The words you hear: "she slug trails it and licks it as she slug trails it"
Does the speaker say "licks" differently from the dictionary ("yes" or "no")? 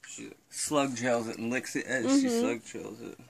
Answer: no